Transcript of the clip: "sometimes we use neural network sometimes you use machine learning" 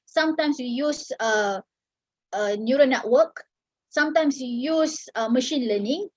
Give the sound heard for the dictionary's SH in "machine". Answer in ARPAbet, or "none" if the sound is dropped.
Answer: SH